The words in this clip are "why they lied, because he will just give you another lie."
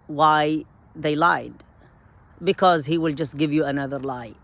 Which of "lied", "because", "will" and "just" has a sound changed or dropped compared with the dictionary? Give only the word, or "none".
none